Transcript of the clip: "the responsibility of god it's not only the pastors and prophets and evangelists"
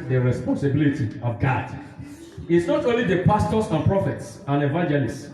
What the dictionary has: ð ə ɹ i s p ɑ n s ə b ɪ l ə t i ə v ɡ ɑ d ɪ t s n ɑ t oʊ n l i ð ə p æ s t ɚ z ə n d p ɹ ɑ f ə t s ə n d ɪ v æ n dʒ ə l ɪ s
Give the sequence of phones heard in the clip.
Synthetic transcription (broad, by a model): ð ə ɹ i s p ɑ n s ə b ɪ l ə t i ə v ɡ ɑ d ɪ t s n ɑ t oʊ n l i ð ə p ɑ s t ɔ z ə n p ɹ ɑ f ə t s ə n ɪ v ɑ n dʒ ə l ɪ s